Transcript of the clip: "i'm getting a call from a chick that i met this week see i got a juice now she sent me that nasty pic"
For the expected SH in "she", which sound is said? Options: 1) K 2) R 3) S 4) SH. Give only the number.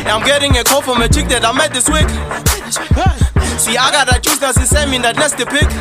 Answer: 3